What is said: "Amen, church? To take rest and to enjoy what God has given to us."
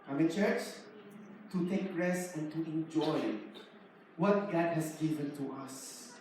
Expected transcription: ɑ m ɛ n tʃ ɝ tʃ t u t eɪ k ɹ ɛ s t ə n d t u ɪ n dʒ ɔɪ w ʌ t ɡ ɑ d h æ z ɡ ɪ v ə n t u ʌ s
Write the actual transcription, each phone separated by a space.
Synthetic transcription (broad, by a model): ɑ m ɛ tʃ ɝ tʃ t u t eɪ k ɹ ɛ s ə n t u ɪ n dʒ ɔɪ w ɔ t ɡ ɑ d h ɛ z ɡ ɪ v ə n t u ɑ s